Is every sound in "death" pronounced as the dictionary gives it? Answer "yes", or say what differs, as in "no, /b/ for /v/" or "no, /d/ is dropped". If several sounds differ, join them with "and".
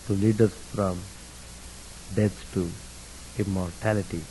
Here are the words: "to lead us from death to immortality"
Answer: no, /s/ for /θ/